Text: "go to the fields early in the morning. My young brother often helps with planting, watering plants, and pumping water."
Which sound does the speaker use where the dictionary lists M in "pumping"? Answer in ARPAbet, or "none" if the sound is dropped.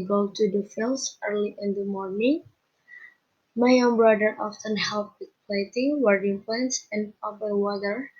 none